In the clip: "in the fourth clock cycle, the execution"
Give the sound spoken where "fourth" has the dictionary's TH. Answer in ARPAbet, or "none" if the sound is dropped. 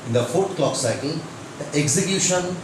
T